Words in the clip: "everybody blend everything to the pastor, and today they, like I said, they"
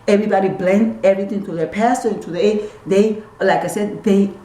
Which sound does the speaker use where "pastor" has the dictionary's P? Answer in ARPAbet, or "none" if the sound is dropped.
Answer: P